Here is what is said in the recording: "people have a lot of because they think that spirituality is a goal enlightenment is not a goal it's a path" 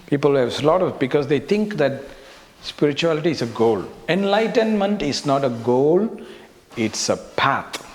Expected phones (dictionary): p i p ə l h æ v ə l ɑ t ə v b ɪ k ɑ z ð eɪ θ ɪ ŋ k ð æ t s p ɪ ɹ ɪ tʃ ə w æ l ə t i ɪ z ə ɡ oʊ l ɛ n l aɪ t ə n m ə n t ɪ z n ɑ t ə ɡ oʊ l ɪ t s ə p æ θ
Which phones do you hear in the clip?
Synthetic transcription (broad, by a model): p i p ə l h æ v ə l ɑ t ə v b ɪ k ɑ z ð eɪ t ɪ ŋ k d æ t s p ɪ ɹ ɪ tʃ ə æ l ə t i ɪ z ə ɡ oʊ l ɛ n l aɪ t ə n m ə n t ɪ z n ɑ t ə ɡ oʊ l ɪ t s ə p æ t